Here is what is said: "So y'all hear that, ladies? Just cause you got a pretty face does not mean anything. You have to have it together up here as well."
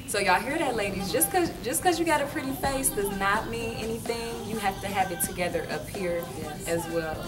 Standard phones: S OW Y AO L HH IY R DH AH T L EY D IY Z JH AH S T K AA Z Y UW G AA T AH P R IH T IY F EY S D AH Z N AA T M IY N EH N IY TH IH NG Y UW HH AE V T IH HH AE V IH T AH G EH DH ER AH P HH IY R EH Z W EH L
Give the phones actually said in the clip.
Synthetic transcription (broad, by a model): S OW Y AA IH HH IY R DH AH T L EY D IY Z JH AH S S K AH Z Y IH G AA T AH P R IH T IY F EY S D AH Z N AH T M IY EH N IY TH IH NG Y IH HH AE F T IH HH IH V IH T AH G EH DH ER AH P HH IY R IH Z W EH L